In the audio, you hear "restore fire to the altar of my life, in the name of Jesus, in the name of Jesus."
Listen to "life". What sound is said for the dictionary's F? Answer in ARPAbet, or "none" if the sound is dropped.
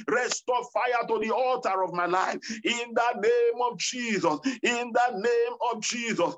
F